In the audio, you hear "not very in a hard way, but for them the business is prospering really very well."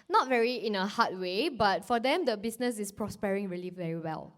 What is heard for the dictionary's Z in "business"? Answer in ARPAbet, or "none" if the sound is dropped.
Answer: S